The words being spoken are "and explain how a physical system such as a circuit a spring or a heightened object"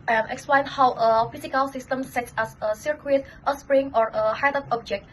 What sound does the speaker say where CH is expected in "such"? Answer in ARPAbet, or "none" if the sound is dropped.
S